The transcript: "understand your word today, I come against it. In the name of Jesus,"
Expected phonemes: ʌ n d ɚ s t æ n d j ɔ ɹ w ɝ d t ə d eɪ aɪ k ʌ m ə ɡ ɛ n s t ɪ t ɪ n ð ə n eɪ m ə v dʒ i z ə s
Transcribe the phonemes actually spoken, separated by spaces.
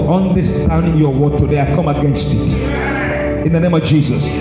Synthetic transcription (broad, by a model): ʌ n d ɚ s t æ n d j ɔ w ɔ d t ə d eɪ aɪ k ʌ m ə ɡ ɛ n s t ɪ t ɪ n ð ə n eɪ m ə v dʒ i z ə s